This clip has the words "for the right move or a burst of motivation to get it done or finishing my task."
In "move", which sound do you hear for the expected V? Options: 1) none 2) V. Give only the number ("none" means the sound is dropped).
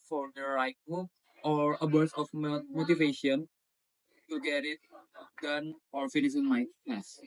1